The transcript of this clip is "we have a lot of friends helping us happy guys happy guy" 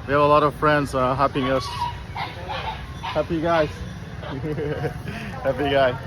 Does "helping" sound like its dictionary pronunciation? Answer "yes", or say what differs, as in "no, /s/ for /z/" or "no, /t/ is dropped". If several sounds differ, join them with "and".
no, /l/ is dropped